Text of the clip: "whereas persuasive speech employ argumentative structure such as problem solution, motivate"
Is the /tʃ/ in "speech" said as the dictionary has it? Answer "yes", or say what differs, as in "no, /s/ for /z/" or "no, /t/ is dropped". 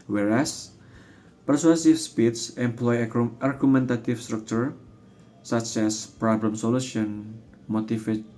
no, /s/ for /tʃ/